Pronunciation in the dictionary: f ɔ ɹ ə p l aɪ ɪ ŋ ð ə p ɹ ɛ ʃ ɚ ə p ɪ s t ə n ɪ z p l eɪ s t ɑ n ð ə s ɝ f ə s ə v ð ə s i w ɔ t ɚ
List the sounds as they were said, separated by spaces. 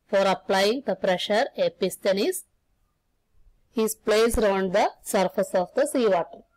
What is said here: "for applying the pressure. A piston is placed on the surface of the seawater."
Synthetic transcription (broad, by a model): f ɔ ɹ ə p l aɪ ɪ ŋ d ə p ɹ ɛ ʃ ɚ ə p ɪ s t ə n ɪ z p l eɪ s t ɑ n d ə s ɝ f ə s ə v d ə s i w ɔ t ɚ